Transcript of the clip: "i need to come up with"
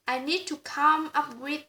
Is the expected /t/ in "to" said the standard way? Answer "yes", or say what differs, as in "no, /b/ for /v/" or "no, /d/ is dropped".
yes